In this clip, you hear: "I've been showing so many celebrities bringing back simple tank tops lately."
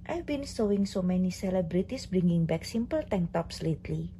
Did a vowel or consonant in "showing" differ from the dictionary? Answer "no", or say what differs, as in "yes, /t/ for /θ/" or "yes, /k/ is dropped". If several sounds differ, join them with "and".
yes, /s/ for /ʃ/